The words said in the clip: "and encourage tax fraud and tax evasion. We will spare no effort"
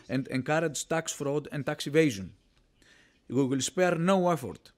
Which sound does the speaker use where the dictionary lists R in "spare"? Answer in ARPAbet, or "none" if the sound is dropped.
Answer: R